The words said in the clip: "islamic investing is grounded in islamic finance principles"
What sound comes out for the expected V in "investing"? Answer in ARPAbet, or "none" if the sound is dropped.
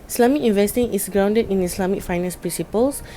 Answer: V